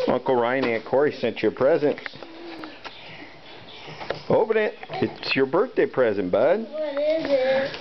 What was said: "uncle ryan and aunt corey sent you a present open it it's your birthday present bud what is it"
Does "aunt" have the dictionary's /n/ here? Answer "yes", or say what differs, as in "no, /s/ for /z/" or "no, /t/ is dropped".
no, /n/ is dropped